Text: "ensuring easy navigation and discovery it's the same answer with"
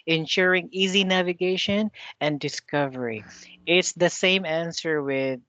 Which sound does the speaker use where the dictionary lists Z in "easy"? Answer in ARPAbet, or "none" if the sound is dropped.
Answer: Z